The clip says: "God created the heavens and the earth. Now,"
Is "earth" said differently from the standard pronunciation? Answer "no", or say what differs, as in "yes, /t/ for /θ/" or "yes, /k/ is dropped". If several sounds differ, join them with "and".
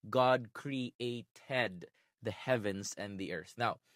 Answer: no